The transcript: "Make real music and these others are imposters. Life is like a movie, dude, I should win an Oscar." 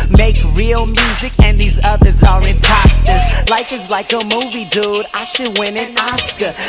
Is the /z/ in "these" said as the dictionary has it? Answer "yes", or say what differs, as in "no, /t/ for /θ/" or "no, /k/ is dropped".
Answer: yes